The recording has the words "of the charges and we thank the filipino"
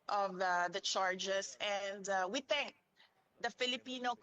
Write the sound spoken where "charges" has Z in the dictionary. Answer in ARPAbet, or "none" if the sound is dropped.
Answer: S